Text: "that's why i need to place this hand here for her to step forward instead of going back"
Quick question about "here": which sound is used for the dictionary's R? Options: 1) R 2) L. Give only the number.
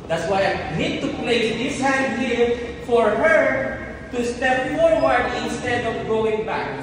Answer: 2